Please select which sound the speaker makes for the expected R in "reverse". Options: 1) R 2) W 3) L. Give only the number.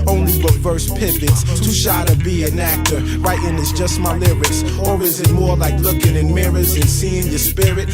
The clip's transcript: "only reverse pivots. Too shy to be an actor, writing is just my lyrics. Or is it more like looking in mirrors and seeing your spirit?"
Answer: 2